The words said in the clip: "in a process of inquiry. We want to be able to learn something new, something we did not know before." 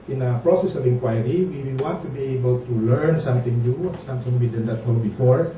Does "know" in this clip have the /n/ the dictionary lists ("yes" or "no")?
no